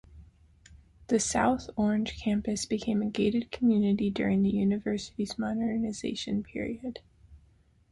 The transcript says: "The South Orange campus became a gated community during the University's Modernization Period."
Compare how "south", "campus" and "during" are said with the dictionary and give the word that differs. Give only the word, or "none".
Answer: none